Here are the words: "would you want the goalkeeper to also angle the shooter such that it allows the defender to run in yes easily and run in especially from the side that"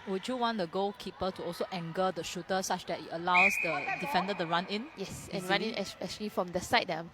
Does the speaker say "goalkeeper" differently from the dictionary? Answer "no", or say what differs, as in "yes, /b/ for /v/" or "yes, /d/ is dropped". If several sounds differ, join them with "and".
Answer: yes, /l/ is dropped